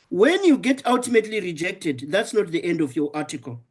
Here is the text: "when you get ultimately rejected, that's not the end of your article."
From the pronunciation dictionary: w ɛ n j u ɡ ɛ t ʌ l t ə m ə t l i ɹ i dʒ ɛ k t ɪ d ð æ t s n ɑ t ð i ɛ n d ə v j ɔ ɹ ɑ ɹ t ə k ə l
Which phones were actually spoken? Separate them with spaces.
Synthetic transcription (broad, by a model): w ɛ n j u ɡ ɛ t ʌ l t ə m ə t l i ɹ i dʒ ɛ k t ɪ d ð æ t s n ɑ t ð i ɛ n d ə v j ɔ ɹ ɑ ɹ t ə k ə l